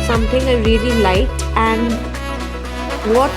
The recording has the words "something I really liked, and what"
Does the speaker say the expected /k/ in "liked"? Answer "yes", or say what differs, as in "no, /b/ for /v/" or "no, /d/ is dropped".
no, /k/ is dropped